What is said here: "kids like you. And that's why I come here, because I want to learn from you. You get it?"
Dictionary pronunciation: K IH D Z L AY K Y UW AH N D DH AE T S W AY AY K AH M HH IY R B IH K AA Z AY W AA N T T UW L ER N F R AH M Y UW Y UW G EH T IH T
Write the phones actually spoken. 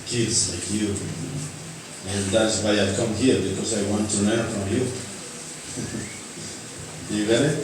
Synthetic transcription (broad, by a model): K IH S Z L AY K Y UW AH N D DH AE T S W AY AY K AH M HH IY R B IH K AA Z AY W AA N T T UW N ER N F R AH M Y UW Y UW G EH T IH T